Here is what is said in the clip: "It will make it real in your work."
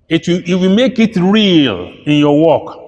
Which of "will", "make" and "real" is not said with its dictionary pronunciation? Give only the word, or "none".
will